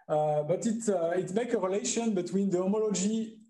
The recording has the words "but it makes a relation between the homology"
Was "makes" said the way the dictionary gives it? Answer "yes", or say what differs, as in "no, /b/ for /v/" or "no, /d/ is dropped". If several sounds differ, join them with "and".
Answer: no, /s/ is dropped